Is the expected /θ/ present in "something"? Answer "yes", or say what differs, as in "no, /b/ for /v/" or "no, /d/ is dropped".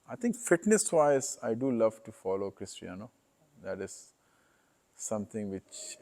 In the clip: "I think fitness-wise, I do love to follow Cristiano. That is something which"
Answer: no, /t/ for /θ/